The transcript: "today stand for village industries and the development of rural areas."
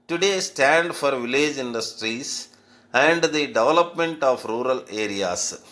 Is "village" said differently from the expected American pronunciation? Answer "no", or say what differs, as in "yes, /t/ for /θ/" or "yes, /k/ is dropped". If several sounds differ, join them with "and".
no